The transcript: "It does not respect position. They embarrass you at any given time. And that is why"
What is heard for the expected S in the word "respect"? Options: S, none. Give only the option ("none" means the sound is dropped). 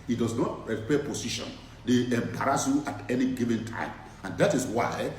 none